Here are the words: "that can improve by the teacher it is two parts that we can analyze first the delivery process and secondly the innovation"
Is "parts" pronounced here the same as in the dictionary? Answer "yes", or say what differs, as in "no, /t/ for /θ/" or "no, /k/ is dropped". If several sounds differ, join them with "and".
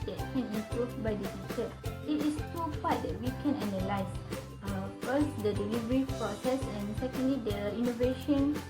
no, /f/ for /p/